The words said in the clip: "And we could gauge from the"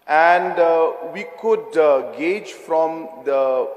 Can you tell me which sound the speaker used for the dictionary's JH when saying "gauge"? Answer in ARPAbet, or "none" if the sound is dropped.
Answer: JH